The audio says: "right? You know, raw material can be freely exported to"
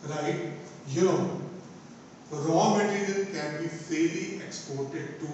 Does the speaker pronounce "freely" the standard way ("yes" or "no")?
no